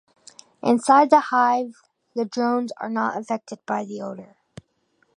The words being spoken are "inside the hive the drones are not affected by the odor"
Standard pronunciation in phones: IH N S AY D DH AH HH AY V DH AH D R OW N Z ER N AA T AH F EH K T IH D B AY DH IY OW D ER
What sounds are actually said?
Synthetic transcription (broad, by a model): IH N S AY D DH AH HH AY V DH AH D R OW N Z ER N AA T AH F EH K T IH D B AY DH IY OW D ER